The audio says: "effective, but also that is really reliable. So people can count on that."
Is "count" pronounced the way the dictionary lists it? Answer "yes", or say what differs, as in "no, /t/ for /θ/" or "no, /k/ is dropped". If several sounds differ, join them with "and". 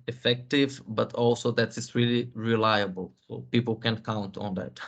yes